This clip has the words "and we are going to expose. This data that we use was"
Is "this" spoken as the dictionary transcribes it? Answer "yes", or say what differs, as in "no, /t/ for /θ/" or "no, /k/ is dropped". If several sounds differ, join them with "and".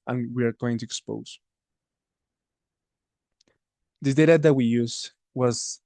no, /s/ is dropped